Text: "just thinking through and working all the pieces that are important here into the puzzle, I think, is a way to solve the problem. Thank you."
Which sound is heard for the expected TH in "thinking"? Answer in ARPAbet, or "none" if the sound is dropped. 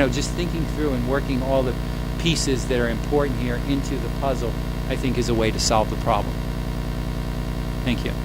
TH